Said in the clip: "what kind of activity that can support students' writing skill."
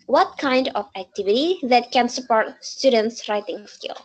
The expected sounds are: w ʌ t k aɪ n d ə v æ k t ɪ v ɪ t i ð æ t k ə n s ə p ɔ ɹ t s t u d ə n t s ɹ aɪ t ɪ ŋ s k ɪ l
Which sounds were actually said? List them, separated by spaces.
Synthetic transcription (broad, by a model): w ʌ t k aɪ n d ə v æ k t ɪ v ɪ t i ð æ t k ə n s ə p ɔ ɹ t s t u d ə n t s ɹ aɪ t ɪ ŋ s k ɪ l